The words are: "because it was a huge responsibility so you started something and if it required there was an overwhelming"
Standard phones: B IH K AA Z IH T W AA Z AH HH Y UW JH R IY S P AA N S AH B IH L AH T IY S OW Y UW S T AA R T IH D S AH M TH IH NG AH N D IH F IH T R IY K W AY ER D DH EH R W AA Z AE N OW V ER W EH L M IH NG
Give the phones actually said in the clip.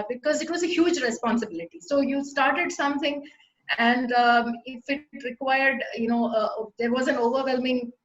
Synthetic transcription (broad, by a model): B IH K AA Z IH T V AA Z AH HH Y UW JH R IY S P AA N S AH B IH L AH T IY S OW Y UW S T AA R T IH D S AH M T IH NG AH N D IH F IH T R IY K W AY ER D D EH R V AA Z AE N OW V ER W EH L M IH NG